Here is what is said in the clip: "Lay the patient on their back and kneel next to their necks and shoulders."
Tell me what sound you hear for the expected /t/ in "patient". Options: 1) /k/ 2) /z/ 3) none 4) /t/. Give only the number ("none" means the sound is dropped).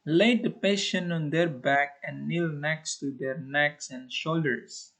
3